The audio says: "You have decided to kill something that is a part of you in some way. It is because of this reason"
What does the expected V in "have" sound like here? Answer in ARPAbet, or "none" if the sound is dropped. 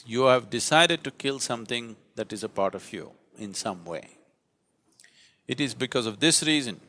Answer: V